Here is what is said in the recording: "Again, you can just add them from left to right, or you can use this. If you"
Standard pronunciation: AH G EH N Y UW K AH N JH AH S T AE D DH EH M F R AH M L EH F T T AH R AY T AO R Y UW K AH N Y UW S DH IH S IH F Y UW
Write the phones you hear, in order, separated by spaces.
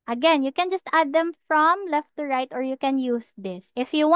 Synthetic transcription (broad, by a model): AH G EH N Y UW K AH N JH AH S T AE D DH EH M F R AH M L EH F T T AH R AY T AO R Y UW K AH N Y UW S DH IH S IH F Y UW